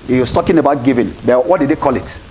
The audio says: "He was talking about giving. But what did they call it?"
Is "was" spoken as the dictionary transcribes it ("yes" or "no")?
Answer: no